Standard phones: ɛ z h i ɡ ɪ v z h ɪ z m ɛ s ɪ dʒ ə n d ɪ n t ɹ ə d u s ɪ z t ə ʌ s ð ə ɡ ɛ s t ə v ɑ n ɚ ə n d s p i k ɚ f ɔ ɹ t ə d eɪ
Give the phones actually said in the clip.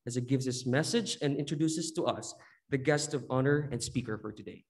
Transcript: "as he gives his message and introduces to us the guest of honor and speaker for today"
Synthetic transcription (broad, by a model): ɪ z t ɡ ɪ v z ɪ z m ɛ s ɪ dʒ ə n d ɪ n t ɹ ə d u s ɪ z t ə ʌ s ð ə ɡ ɛ s t ə v ɑ n ɚ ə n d s p i k ɚ f ɔ ɹ t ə d eɪ